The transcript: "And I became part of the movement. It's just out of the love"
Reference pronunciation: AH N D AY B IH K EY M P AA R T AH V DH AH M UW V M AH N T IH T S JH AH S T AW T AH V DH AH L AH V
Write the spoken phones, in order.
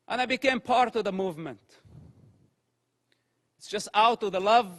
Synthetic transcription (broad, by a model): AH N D AY B IH K EY M P AA R T AH V DH AH M UW V M AH N T IH T S JH AH S T AW T AH V DH AH L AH V